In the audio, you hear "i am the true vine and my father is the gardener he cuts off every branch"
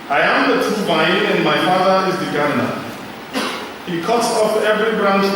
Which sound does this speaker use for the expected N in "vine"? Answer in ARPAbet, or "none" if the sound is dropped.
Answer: none